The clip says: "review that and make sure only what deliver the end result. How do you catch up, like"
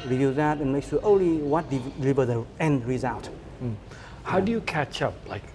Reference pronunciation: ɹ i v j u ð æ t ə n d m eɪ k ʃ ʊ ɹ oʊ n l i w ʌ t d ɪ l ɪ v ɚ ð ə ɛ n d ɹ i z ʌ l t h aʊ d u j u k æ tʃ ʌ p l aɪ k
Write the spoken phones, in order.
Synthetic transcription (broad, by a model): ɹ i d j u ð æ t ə n m eɪ k s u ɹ oʊ n l i w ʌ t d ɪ l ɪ v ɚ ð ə ɛ n d ɹ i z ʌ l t h aʊ d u j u k æ tʃ ʌ p l aɪ k